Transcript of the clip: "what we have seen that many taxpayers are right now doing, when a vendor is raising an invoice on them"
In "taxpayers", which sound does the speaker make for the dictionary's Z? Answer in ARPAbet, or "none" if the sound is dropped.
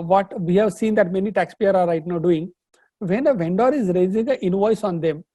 none